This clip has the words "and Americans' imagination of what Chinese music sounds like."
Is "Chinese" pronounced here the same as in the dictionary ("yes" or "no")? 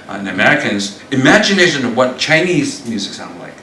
yes